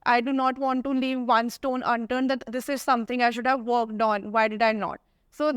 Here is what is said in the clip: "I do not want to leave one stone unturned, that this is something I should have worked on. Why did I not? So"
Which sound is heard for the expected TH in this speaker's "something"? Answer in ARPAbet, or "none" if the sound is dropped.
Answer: T